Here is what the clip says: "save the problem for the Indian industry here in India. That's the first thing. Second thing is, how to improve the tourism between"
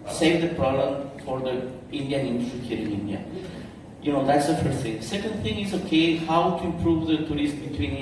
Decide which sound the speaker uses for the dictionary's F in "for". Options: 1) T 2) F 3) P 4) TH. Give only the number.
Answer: 2